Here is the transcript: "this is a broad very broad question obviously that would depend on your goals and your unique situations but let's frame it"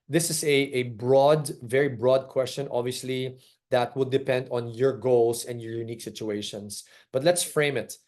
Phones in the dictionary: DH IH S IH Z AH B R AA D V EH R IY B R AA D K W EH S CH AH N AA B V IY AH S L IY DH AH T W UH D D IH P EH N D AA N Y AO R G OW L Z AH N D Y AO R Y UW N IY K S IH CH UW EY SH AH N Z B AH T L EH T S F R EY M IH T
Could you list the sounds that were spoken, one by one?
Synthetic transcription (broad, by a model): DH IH S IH S AH B R AA D V EH R IY B R AA D K W EH S CH AH N AA B V IY AH S L IY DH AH T W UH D D IH P EH N D AA N Y AO R G OW L S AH N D Y AO R Y UW N IY K S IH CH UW EY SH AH N S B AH T L EH T S F R EY M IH T